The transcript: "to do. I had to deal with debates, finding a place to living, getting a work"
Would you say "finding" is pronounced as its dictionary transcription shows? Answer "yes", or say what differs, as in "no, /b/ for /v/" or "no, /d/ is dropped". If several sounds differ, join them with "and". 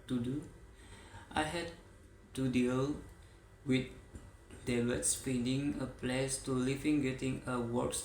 no, /p/ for /f/